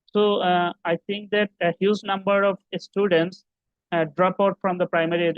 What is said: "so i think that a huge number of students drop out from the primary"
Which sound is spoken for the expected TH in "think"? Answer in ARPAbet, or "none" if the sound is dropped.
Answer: T